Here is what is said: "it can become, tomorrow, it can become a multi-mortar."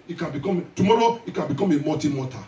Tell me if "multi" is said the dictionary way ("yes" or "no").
no